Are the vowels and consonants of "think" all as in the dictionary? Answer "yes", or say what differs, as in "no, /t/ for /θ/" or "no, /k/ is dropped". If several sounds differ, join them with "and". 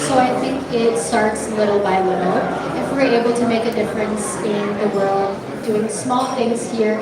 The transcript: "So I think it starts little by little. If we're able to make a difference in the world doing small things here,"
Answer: yes